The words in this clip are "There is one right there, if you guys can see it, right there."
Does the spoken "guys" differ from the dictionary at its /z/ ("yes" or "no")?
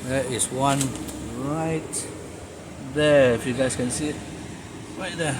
yes